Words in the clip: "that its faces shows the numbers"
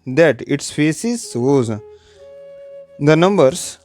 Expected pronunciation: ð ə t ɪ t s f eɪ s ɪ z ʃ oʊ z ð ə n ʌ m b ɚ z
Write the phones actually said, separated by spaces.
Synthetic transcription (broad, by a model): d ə t ɪ t s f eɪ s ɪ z s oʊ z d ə n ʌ m b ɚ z